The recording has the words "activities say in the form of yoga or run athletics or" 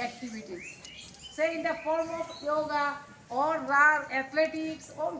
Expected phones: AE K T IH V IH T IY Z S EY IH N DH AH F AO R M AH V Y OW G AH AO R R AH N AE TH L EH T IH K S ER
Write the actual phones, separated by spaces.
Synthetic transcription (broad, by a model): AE K T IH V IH T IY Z S EY IH N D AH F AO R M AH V Y OW G AH AO R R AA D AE T L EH T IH K S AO